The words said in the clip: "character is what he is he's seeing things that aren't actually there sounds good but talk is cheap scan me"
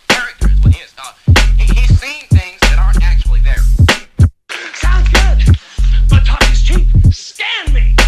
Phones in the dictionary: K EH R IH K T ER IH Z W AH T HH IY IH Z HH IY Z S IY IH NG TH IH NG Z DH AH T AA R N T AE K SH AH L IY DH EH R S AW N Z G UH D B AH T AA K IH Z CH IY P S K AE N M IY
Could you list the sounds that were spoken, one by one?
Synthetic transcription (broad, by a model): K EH R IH K T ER IH Z W AH T HH IY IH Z HH IY Z S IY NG TH IH NG Z DH AH T AA R N T AE K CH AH L IY DH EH R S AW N G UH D B AH T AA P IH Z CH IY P S K AE N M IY